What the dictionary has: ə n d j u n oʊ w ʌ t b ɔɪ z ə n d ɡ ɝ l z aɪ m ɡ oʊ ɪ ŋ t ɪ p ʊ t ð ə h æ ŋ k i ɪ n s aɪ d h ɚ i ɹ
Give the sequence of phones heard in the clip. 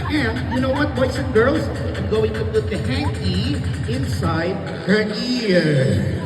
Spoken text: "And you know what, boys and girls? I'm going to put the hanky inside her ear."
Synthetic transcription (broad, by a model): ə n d j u n oʊ w ʌ t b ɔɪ s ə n ɡ ɝ l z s ɡ oʊ ɪ ŋ t ɪ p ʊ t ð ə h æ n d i ɪ n s aɪ d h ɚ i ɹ